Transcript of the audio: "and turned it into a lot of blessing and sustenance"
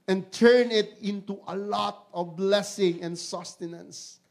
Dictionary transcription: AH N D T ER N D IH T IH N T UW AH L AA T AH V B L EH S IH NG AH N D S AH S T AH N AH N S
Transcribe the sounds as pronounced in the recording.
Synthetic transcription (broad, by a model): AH N T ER N IH T IH N T UW AH L AA T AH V B L EH S IH NG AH N S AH S T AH N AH N S